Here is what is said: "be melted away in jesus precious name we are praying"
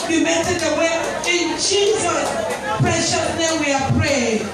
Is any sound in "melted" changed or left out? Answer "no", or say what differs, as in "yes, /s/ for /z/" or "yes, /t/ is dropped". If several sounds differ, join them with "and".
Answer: yes, /l/ is dropped